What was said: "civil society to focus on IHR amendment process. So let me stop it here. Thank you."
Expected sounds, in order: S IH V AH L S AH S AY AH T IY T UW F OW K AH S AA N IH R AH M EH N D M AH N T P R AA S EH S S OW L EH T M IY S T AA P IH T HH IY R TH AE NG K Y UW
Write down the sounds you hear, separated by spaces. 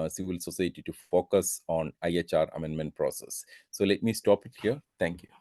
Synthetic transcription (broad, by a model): S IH V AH L S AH S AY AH T IY T UW F OW K AH S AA N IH R AH M EH N D M AH N T P R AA S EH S S OW L EH T M IY S T AA P IH T HH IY R T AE NG K Y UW